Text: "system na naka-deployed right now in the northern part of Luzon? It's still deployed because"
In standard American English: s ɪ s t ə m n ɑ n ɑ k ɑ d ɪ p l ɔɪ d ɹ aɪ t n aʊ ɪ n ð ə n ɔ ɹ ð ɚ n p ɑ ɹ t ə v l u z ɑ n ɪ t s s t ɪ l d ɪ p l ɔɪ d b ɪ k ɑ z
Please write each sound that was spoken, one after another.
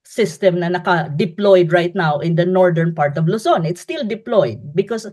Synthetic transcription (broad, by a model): s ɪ s t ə m n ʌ n ɑ k ɑ d ɪ p l ɔɪ d ɹ aɪ t n aʊ ɪ n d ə n ɔ ɹ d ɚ n p ɑ ɹ t ə v l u s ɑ n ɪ t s s t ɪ l d ɪ p l ɔɪ d b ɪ k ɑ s